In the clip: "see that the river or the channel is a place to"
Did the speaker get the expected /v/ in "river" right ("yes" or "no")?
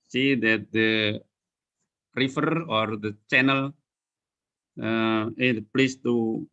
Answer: no